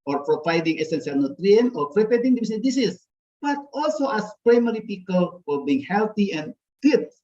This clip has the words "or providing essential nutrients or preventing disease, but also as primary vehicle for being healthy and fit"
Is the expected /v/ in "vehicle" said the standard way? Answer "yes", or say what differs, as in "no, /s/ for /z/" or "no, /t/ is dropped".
no, /p/ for /v/